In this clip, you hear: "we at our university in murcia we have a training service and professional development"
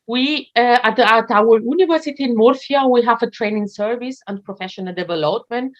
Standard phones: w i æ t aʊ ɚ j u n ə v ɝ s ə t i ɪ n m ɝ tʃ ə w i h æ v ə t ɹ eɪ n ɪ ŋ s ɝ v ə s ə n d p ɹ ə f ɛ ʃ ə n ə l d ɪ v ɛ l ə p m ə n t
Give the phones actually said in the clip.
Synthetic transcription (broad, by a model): w i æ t aʊ ɚ j u n ə v ɝ s ə t i ɪ n m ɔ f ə w i h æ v ə t ɹ eɪ n ɪ ŋ s ɝ v ə s ə n d p ɹ ə f ɛ ʃ ə n ə l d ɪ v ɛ l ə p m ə n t